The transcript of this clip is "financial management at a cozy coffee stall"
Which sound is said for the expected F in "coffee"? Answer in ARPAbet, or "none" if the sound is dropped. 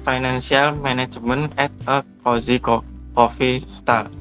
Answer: F